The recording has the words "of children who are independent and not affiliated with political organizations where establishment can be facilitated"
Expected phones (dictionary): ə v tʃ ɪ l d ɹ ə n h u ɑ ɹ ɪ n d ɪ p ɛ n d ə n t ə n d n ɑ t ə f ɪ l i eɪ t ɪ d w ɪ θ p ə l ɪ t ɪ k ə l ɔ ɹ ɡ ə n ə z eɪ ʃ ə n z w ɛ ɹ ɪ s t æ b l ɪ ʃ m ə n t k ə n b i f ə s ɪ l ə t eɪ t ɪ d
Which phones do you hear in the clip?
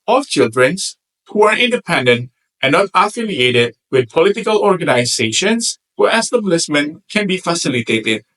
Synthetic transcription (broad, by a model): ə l tʃ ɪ l d ɹ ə n h u ɑ ɹ ɪ n d ɪ p ɛ n d ə n t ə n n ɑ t ə f ɪ l i eɪ t ɪ d w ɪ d p ə l ɪ t ɪ k ə l ɔ ɹ ɡ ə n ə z eɪ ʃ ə n s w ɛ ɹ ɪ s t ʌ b l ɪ s m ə n k ə n b i f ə s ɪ l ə t eɪ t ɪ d